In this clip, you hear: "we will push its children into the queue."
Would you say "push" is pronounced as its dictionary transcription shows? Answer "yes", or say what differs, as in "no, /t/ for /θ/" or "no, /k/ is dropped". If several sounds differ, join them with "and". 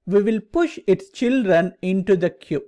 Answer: yes